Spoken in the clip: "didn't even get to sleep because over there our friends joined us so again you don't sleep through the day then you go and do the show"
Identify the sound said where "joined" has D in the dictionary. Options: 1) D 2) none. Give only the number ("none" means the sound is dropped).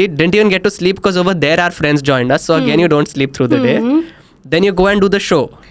1